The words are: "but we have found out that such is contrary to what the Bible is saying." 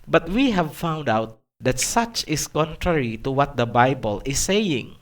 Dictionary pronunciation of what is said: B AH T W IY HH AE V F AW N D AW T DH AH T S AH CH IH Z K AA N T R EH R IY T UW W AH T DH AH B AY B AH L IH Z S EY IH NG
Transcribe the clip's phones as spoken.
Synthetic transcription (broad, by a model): B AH T W IY HH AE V F AW N D AW T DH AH T S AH CH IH S K AA N T R EH R IY T UW W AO T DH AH B AY B AH L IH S EY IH NG